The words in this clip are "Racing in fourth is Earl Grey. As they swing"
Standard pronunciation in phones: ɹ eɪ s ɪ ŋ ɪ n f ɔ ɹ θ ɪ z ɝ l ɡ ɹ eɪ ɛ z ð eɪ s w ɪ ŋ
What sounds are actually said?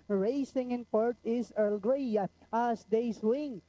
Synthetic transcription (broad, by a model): ɹ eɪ s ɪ ŋ ɪ n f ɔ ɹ t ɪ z ɝ l ɡ ɹ eɪ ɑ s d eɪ s w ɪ ŋ